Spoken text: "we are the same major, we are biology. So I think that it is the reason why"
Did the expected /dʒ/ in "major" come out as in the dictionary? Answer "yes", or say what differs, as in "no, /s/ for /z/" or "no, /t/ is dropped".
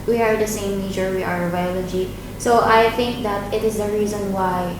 no, /tʃ/ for /dʒ/